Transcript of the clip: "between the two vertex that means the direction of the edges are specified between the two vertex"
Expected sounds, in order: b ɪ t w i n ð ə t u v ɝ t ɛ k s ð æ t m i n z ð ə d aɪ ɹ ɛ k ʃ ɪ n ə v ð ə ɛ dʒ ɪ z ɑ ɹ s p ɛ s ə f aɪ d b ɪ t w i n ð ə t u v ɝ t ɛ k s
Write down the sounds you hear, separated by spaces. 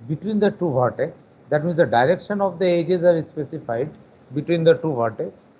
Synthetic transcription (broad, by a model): b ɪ t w i n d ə t u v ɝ t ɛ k s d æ t m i n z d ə d aɪ ɹ ɛ k ʃ ɪ n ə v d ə ɛ dʒ ɪ z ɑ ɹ s p ɛ s ə f aɪ d b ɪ t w i n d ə t u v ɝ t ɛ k s